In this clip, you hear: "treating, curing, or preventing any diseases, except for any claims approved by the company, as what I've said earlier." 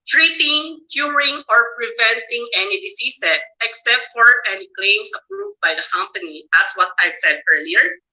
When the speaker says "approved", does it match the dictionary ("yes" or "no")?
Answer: yes